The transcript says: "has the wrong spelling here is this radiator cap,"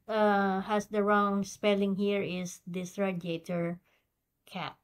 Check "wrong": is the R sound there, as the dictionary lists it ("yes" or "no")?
yes